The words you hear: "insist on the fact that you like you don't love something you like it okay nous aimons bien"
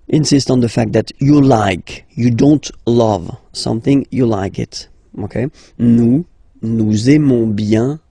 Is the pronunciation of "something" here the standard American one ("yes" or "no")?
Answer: yes